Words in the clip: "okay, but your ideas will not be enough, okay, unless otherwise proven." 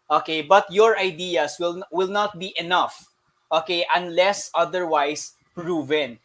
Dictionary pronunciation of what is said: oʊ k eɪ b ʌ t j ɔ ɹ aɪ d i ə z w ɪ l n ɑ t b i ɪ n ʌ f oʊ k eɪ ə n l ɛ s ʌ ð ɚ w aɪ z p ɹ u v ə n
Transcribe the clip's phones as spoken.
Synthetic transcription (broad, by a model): oʊ k eɪ b ʌ t j ɔ ɹ aɪ d i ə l w ɪ l n ɑ t b i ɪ n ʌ f oʊ k eɪ ə n l ɛ s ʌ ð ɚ w aɪ s p ɹ u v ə n